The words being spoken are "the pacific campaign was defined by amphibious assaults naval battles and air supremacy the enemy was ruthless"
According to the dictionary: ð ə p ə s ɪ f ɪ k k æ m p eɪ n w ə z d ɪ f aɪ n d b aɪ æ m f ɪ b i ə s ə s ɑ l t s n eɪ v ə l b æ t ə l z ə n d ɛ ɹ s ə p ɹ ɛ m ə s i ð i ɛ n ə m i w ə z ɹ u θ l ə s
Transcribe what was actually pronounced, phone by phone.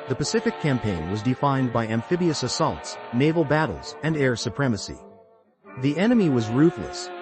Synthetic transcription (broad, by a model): ð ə p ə s ɪ f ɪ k k æ m p eɪ n w ə z d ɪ f aɪ n b aɪ æ m f ɪ b i ə s ə s ɑ l t s n eɪ v l b æ t l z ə n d ɛ ɹ s ə p ɹ ɛ m ə s i ð i ɛ n ə m i w ə z ɹ u θ l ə s